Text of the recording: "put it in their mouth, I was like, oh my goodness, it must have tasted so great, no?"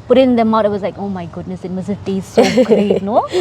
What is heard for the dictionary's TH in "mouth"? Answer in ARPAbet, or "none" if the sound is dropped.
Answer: T